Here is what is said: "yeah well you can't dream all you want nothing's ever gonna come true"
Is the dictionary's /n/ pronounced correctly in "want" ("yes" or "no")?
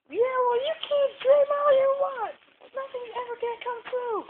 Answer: no